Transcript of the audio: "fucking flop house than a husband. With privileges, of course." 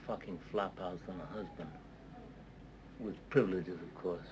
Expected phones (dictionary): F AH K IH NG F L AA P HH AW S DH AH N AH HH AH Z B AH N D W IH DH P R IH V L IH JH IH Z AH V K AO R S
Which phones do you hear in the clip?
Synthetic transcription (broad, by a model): F AH K IH NG F L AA P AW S DH AH N AH HH AH Z B AH N D W IH DH P R IH V L IH JH IH Z AH V K AO R S